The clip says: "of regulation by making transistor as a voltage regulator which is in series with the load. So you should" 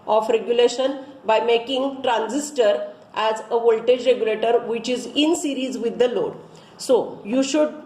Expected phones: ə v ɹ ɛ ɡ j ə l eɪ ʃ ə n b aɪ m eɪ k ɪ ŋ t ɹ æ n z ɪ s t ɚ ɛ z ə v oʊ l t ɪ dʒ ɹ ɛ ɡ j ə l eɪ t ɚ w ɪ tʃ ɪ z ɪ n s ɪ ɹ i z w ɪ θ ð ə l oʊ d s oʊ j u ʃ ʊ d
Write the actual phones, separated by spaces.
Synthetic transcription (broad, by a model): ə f ɹ ɛ ɡ j ə l eɪ ʃ ə n b aɪ m eɪ k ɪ ŋ t ɹ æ n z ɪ s t ɚ ɛ z ə v oʊ l t ɪ dʒ ɹ ɛ ɡ j ə l eɪ t ɚ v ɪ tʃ ɪ z ɪ n s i ɹ i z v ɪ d ə l oʊ d s oʊ j u ʃ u d